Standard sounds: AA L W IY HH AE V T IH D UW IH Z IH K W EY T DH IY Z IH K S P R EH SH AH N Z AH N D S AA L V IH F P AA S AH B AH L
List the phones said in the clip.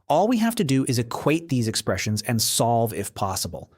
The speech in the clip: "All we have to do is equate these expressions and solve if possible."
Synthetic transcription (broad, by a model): AA L W IY HH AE F T IH D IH IH Z IH K W EY T DH IY Z IH K S P R EH SH AH N Z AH N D S AA L V IH F P AA S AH B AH L